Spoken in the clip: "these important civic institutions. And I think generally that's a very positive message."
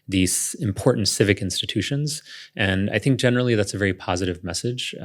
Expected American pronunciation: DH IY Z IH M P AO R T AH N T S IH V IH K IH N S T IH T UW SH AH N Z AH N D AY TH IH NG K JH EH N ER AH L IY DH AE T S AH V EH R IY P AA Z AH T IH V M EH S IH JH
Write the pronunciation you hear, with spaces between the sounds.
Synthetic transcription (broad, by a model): DH IY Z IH M P AO R T N T S IH V IH K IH N S T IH T UW SH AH N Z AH N AY TH IH NG K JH EH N ER L IY DH AE T S AH V EH R IY P AA Z AH T IH V M EH S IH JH